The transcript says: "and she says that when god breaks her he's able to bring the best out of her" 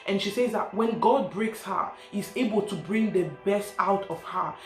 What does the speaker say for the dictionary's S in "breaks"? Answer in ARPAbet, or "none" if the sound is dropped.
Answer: S